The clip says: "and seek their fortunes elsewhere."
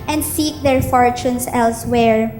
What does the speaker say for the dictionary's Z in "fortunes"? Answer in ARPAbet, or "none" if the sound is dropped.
S